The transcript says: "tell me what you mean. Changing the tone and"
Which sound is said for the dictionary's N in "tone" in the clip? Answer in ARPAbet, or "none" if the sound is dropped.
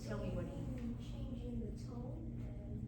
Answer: none